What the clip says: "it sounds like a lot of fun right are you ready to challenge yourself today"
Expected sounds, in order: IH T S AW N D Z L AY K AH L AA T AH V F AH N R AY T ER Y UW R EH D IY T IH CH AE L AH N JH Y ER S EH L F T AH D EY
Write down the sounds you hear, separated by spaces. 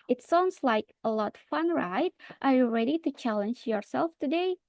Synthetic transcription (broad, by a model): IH T S AW N D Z L AY K AH L AA T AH F AH N R AY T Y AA R EH D IY T IH CH AE L AH N JH Y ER S EH L F T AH D EY